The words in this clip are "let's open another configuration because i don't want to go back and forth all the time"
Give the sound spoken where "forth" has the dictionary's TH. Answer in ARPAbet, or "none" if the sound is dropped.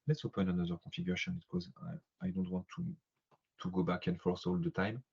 S